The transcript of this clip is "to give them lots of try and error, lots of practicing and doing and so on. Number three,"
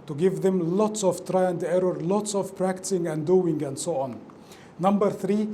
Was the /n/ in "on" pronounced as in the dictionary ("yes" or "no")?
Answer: yes